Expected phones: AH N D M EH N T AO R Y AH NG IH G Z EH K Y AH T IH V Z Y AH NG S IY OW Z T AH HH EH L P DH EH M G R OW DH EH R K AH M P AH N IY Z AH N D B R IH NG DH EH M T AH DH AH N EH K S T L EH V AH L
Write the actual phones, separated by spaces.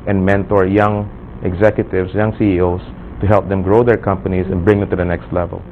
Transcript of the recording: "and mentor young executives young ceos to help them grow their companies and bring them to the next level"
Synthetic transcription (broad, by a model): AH N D M EH N T AO R Y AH NG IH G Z EH K Y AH T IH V S Y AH NG S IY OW S T AH HH EH L P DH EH M G R OW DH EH R K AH M P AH N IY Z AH N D B R IH NG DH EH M T AH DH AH N EH K S T L EH V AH L